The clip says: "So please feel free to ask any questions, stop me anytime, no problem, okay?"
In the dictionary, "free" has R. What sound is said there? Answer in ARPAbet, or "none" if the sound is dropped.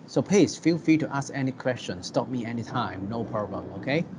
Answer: none